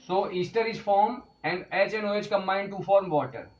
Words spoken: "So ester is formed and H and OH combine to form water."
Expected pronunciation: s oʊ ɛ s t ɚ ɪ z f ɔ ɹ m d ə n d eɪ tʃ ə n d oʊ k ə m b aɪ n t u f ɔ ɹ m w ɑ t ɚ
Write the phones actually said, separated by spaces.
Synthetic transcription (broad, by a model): s oʊ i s t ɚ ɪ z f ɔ ɹ m ə n d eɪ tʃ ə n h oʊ k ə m aɪ n t u f ɔ ɹ m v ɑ t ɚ